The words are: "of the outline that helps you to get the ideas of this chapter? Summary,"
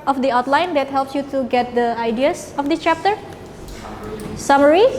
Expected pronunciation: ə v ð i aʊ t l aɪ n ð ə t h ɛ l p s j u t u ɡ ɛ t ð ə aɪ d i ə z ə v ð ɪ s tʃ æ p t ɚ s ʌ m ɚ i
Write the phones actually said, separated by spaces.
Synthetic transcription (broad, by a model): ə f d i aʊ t l aɪ n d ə t h ɛ l p s j u t u ɡ ɛ t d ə aɪ d i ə s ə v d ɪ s tʃ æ p t ɚ s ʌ m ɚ i